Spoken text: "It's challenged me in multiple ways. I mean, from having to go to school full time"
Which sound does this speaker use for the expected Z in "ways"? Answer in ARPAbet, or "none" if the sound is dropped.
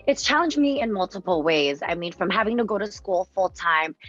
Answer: Z